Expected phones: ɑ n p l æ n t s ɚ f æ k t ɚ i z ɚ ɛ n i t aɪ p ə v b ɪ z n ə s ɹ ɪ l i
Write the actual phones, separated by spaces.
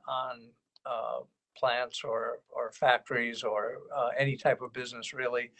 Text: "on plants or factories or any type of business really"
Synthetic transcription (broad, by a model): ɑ n p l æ n t s ɚ f æ k t ɚ i z ɚ ɛ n i t aɪ p ə v b ɪ z n ə s ɹ ɪ l i